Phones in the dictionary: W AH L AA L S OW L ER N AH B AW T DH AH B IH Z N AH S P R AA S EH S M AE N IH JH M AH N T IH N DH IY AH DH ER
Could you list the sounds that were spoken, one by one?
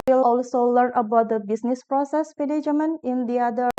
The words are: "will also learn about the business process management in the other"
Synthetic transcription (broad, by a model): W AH L AA L S OW L ER N AH B AW T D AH B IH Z N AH S P R AA S EH S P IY L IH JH M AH N IH N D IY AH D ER